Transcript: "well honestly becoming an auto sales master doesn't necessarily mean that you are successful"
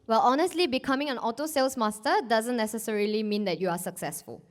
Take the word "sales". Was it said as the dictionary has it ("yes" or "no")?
no